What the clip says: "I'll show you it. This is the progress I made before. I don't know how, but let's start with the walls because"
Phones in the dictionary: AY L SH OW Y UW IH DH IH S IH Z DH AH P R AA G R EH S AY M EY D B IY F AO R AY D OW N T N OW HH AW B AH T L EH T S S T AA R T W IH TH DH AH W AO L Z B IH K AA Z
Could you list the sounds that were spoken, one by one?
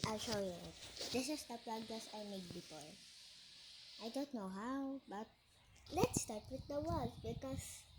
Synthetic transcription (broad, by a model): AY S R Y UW IH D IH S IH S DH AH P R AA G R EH S AY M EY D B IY P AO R AY D OW N T N OW HH AW B AH T L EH T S S T AA R T W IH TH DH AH W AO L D B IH K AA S